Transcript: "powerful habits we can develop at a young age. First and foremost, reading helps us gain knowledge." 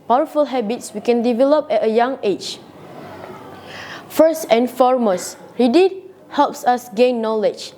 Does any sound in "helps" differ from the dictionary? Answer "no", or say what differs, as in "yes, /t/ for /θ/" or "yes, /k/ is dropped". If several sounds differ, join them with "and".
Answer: no